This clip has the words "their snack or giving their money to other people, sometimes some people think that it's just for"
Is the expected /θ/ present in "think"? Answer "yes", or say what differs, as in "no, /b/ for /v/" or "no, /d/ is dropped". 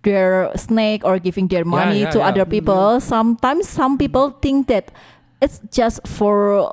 no, /t/ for /θ/